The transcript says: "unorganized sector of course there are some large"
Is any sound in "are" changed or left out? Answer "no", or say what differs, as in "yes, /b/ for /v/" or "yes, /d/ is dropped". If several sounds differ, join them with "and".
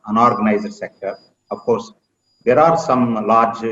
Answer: no